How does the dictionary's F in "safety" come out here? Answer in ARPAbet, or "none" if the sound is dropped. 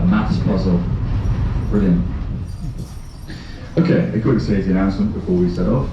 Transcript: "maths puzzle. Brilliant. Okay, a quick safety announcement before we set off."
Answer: none